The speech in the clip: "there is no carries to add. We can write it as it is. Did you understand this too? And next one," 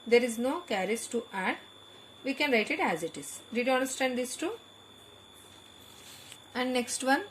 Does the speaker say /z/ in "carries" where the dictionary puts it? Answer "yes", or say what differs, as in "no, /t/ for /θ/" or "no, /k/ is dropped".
no, /s/ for /z/